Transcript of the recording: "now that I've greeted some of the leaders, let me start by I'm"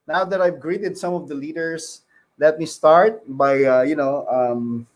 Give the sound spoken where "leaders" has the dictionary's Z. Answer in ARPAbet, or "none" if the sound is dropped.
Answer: S